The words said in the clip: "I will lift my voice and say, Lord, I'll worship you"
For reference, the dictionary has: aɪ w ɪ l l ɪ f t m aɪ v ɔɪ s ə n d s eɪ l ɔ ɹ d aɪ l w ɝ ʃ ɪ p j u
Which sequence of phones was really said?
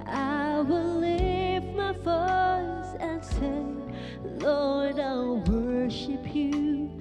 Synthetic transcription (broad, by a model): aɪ w ɪ l l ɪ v m aɪ f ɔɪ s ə n s eɪ l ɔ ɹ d aɪ l w ɝ ʃ ɪ p j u